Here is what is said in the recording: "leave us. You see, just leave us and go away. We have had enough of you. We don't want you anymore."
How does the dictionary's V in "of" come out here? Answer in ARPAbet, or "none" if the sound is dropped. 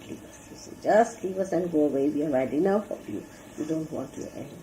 P